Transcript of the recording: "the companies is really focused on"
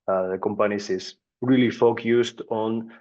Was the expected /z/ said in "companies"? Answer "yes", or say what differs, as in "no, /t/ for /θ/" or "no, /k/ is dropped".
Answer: no, /s/ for /z/